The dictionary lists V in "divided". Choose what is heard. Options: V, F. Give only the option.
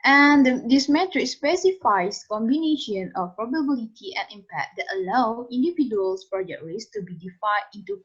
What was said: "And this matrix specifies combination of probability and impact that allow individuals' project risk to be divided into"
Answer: F